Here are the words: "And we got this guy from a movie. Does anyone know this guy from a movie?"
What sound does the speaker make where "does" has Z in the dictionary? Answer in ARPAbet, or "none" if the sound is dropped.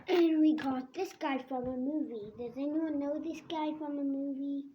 Z